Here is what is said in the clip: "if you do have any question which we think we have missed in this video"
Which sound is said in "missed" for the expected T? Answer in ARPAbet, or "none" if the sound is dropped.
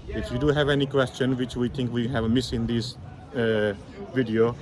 none